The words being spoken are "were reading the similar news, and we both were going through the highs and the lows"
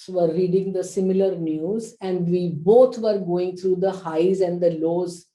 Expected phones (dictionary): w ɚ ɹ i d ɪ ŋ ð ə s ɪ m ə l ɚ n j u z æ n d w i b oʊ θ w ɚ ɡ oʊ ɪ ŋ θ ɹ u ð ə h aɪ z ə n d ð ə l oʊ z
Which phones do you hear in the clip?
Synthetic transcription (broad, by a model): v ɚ ɹ i d ɪ ŋ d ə s ɪ m ə l ɚ n j u z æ n d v i b oʊ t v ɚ ɡ oʊ ɪ ŋ t ɹ u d ə h aɪ z ə n d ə l oʊ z